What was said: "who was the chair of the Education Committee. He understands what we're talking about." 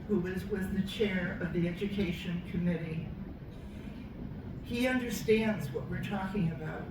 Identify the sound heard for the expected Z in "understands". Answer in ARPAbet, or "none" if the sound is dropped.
Z